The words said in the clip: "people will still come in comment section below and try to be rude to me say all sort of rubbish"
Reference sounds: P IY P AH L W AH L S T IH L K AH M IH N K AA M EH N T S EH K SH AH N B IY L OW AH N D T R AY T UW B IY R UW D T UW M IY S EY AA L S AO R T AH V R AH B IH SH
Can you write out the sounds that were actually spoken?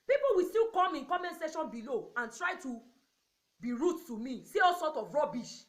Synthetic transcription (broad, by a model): P IY P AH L W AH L S T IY L K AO M IH N K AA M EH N S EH SH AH N B IY L OW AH N T R AY T UW B IY R UW T UW M IY S EY AA L S AO T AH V R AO B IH SH